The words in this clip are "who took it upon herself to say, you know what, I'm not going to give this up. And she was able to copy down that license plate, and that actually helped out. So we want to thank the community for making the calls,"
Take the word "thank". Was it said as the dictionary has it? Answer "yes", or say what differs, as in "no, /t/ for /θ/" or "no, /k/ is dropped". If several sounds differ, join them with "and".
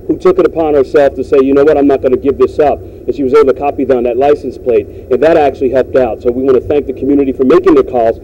yes